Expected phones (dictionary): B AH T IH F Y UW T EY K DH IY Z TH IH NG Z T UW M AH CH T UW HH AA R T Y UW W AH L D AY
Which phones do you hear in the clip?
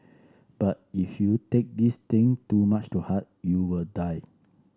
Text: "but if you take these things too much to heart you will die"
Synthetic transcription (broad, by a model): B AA T IH F Y UW T EY K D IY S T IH NG T UW M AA CH T UW HH AA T Y UW W AH L D AY